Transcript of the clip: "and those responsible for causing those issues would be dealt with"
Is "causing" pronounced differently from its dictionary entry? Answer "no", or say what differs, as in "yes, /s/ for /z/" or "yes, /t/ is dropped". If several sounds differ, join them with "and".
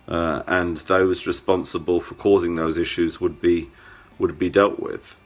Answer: no